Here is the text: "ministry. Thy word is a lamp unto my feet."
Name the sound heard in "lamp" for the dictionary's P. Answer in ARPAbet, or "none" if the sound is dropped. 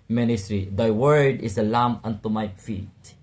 none